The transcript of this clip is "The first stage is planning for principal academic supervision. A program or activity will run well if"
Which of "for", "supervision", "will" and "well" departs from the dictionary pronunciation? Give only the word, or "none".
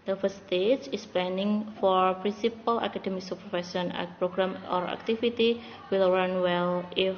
supervision